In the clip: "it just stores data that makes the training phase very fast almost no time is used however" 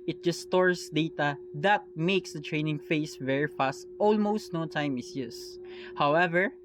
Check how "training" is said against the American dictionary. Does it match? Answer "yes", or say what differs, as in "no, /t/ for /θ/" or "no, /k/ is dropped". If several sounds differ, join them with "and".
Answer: yes